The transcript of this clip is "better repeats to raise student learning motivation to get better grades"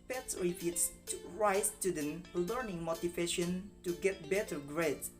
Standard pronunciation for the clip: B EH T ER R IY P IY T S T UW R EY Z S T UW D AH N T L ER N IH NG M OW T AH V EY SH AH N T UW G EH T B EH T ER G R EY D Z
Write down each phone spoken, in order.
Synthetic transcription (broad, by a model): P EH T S R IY F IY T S T UW R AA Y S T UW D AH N L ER N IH NG M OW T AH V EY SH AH N T UW G EH T B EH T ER G R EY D